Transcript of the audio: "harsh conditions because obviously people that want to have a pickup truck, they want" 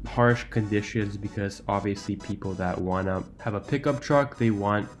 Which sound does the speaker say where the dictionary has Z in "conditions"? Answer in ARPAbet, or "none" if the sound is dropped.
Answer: Z